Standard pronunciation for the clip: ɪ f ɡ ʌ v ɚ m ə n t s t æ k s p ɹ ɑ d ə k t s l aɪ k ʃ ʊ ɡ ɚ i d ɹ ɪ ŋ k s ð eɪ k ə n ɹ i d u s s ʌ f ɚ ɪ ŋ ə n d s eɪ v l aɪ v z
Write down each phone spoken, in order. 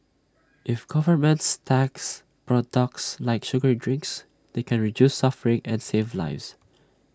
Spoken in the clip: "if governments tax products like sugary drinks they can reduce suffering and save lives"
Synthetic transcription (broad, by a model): ɪ f ɡ ʌ v ɚ m ə n t s t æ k s p ɹ ɑ d ə k t s l aɪ k ʃ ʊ ɡ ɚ d ɹ ɪ ŋ k s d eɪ k ə n ɹ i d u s s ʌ f ɚ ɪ ŋ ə n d s eɪ v l aɪ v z